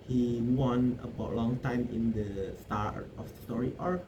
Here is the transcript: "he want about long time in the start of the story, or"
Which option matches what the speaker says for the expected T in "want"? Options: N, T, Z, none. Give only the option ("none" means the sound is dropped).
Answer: none